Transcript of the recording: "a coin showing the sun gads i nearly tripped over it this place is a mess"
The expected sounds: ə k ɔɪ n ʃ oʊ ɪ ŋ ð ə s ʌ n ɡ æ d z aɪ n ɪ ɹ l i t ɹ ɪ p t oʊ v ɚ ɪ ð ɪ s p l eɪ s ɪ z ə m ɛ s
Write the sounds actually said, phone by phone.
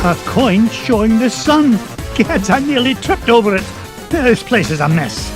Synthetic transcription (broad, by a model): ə k ɔɪ n ʃ oʊ ɪ ŋ ð ə s ʌ n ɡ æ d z aɪ n ɪ ɹ l i t ɹ ɪ p t oʊ v ɚ ɪ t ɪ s p l eɪ s ɪ z ə m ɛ s